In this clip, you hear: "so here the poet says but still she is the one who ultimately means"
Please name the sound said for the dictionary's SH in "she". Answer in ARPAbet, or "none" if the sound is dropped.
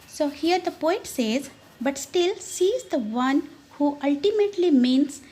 S